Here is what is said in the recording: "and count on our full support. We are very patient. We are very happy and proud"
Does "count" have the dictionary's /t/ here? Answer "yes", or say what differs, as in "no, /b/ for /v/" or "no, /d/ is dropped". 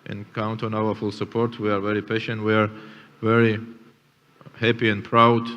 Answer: yes